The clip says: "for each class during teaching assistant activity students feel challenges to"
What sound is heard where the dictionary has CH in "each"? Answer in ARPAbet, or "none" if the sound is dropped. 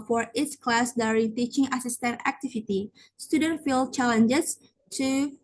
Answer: S